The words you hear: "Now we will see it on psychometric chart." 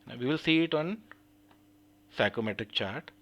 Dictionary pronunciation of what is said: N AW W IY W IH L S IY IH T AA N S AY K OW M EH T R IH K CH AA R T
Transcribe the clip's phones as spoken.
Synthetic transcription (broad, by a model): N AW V IY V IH L S IY IH T AA N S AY K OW M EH T IH K CH AA R T